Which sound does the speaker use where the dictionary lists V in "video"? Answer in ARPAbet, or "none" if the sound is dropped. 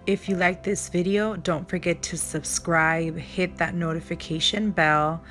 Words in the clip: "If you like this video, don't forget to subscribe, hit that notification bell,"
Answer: V